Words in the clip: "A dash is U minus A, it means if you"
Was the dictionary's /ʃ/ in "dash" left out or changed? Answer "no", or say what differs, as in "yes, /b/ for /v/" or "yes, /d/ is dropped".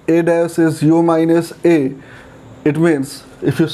yes, /s/ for /ʃ/